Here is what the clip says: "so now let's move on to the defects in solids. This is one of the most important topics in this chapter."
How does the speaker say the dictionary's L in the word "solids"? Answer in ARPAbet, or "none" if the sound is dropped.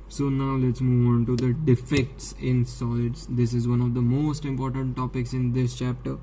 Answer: none